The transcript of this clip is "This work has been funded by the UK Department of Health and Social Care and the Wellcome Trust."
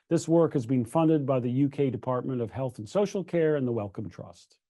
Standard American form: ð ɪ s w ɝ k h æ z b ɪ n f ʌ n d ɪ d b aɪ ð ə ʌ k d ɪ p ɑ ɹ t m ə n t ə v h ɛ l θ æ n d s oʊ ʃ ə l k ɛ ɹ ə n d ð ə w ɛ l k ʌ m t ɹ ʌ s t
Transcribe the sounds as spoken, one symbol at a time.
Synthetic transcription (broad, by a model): ð ɪ s w ɝ k h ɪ z b ɪ n f ʌ n d ɪ d b aɪ ð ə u k d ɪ p ɑ ɹ t m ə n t ə v h ɛ l θ n s oʊ ʃ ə l k ɛ ɹ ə n ð ə w ɛ l k ʌ m t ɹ ʌ s t